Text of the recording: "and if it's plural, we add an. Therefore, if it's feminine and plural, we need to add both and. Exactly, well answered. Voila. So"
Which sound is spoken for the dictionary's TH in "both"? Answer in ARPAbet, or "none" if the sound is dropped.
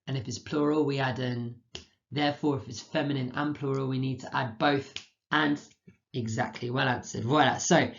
TH